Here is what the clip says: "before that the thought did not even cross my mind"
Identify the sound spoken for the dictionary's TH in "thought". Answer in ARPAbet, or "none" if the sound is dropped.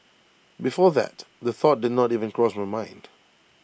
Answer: TH